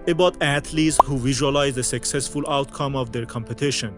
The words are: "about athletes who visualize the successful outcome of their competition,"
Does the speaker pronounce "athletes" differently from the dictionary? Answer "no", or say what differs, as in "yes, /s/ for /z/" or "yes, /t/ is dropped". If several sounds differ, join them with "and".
yes, /t/ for /θ/